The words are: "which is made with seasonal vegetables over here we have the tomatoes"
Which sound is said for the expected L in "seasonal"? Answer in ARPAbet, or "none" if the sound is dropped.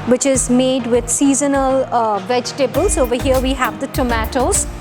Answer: L